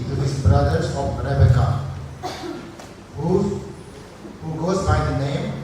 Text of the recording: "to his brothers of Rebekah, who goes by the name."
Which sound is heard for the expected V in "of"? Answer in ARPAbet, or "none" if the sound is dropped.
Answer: P